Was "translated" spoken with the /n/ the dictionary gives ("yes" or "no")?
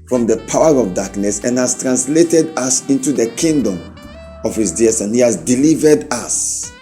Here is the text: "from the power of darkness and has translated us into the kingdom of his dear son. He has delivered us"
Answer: yes